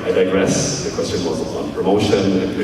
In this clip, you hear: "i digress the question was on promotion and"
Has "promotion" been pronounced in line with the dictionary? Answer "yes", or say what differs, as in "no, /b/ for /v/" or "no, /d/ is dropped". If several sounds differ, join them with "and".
no, /ʃ/ is dropped